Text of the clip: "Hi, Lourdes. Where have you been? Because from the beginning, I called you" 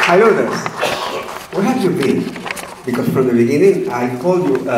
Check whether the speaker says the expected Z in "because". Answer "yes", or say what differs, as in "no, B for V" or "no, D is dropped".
no, S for Z